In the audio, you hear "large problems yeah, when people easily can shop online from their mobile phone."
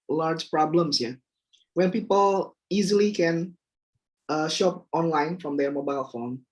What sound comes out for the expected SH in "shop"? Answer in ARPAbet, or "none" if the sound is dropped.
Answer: SH